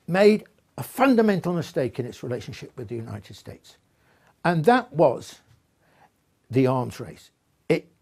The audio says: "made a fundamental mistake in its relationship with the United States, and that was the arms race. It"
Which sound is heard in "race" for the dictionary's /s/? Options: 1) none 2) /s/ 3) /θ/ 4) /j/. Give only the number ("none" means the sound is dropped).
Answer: 2